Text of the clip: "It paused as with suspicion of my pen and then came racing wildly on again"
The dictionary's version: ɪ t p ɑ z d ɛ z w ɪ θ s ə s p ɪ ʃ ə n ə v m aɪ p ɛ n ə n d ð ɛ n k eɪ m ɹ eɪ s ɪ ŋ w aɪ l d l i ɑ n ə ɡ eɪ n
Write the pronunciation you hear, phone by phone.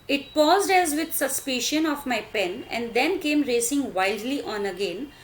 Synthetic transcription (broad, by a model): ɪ t p ɑ z d ɛ z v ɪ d s ə s p ɪ ʃ ə n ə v m aɪ p ɛ n ə n d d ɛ n k eɪ m ɹ eɪ s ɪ ŋ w aɪ l d l i ɑ n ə ɡ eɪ n